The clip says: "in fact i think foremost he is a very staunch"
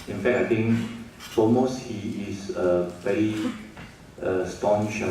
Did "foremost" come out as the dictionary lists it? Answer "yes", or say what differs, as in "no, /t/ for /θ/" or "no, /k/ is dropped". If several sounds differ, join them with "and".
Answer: no, /l/ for /ɹ/